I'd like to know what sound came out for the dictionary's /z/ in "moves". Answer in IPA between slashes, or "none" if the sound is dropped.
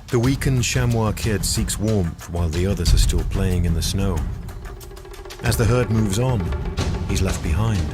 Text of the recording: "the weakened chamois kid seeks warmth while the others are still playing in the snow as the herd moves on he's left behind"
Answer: /z/